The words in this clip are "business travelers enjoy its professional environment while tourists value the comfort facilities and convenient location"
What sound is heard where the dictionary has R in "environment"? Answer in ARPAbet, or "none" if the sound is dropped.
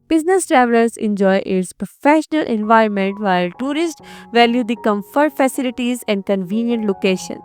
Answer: R